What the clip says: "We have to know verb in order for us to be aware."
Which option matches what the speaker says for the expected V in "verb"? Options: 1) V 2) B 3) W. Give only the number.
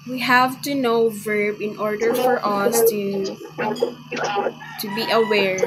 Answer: 1